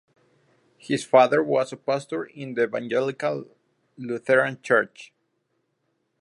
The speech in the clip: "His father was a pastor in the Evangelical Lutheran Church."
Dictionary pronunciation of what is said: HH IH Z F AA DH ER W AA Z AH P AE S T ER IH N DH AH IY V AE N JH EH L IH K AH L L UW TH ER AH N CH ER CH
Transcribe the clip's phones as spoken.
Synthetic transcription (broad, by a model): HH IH S F AA DH ER W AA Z AH P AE S T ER IH N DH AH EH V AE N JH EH L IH K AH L L UW TH ER AH N CH ER CH